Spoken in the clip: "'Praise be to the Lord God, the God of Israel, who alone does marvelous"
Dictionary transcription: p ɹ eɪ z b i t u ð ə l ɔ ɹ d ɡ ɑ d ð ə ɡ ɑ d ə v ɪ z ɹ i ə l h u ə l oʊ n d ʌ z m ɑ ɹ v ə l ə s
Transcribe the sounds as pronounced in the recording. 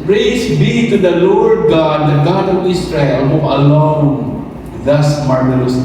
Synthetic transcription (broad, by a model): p ɹ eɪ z b i t u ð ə l ɔ ɹ d ɡ ɑ d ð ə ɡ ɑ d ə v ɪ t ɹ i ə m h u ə l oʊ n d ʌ s m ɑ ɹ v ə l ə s